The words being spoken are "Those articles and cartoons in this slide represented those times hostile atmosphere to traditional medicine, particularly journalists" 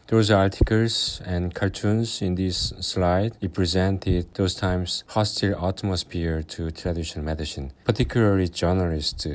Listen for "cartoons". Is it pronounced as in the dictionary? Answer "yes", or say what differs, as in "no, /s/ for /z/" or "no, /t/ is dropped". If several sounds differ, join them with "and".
no, /l/ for /ɹ/